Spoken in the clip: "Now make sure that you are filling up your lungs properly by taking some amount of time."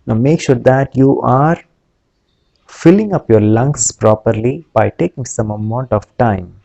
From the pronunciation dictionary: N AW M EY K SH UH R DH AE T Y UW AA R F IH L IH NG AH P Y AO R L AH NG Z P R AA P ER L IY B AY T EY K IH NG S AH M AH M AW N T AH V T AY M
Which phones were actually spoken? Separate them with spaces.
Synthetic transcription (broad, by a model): N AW M EY K SH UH R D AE T Y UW AA R F IH L IH NG AH P Y AO R L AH NG S P R AA P ER L IY B AY T EY K IH NG S AH M AH M AW N T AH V T AY M